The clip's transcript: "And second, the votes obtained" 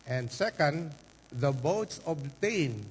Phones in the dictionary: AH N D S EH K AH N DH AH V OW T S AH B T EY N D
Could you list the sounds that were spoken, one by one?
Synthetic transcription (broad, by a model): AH N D S EH K AH N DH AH B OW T S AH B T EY N